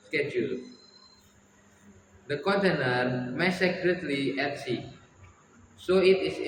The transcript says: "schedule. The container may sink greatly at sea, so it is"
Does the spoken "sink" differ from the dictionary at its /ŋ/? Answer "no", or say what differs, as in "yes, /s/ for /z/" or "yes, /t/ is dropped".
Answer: yes, /ŋ/ is dropped